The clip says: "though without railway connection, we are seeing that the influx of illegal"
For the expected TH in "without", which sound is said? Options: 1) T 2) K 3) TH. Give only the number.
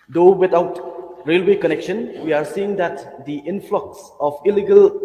1